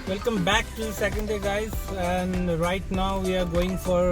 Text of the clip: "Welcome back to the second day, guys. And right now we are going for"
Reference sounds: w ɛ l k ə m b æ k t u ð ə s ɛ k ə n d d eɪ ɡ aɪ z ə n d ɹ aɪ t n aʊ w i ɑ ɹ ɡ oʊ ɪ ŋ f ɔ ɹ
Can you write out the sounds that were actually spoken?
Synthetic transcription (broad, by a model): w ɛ l k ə m b æ k t u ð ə s ɛ k ə n d d eɪ ɡ aɪ z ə n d ɹ aɪ t n aʊ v i ɑ ɹ ɡ oʊ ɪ ŋ f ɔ ɹ